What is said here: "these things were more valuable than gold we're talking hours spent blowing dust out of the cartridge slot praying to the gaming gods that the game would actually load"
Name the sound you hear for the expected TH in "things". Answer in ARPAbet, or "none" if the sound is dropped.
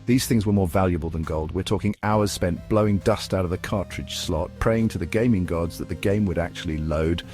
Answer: TH